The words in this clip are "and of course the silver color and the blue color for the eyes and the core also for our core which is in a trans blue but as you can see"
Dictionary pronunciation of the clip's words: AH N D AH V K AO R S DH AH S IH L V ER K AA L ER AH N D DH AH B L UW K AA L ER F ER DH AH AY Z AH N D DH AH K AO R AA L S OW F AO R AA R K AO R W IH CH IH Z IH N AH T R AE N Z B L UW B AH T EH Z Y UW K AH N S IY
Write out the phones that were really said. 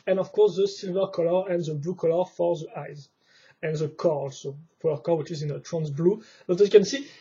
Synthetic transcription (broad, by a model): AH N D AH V K AO R S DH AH S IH L V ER K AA L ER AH N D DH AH B L UW K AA L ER F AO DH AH AY Z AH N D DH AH K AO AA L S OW P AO L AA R K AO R W IH CH IH Z IH N AH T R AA N S B L UW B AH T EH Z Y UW K AH N S IY